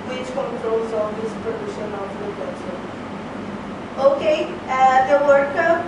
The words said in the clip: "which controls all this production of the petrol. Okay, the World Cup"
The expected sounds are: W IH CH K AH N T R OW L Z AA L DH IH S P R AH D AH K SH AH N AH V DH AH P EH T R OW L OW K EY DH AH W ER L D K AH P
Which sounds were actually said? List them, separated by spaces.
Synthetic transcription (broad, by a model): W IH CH K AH N T R OW L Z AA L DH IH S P R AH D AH SH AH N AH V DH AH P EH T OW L OW K EY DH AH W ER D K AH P